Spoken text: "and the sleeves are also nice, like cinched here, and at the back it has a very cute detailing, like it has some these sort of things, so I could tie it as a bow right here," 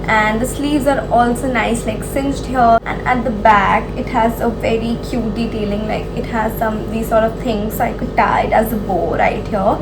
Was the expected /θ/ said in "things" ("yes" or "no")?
no